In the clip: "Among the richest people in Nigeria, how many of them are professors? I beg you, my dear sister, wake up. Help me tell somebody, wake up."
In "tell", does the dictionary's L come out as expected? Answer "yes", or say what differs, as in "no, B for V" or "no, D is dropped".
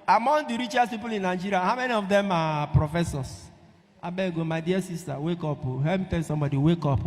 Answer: no, N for L